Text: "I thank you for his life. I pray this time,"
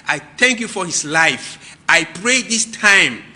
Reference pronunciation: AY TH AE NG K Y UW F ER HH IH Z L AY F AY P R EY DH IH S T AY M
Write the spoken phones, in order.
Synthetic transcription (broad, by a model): AY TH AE NG K Y UW F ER HH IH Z L AY F AY P R EY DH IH S T AY M